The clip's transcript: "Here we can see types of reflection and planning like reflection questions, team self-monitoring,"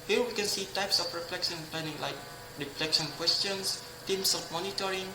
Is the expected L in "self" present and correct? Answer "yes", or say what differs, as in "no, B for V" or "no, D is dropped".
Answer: no, L is dropped